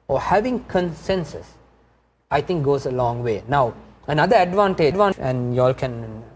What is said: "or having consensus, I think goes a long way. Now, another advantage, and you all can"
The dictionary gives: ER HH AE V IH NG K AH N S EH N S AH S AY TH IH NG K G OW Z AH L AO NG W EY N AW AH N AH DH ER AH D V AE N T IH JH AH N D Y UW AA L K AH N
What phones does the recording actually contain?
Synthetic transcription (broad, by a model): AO HH AE V IH NG K AH N S EH N S AH S AY T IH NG K G OW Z AH L AO NG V EY N AW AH N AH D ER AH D V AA N T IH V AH N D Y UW AA L K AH N